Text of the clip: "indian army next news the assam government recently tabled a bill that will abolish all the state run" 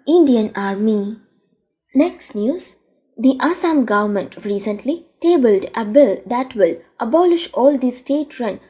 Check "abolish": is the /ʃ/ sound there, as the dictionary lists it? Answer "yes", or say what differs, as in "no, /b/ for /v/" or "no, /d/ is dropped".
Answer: yes